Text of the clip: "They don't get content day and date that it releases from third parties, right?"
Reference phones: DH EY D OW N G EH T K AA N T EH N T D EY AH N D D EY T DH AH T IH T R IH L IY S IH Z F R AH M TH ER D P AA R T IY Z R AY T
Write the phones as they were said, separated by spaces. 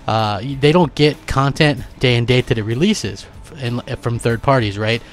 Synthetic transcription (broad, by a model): DH EY D OW N G EH T K AA N T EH N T D EY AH N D D EY T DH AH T IH T R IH L IY S IH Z F R AH M TH ER D P AA R T IY Z R AY T